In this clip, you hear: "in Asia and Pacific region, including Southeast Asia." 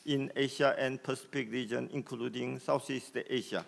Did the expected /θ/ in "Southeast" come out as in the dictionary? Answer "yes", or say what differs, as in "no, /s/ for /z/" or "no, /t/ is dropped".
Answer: no, /s/ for /θ/